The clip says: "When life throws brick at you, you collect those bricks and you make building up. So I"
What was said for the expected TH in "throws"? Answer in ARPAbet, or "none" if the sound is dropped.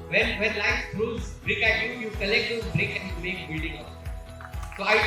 F